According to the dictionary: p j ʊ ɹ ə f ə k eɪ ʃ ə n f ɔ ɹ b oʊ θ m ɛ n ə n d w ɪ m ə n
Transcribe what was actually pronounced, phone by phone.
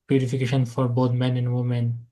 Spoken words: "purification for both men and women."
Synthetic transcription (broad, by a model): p j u ɹ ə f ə k eɪ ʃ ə n f ɔ ɹ b oʊ t m ɛ n ə n d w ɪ m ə n